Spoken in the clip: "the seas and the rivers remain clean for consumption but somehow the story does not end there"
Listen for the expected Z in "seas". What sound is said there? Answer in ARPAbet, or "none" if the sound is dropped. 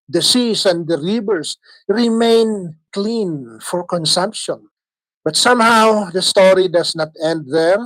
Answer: S